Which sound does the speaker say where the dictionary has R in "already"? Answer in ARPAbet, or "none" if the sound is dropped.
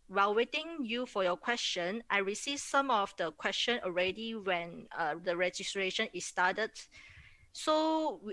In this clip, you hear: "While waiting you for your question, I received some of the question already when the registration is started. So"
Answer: R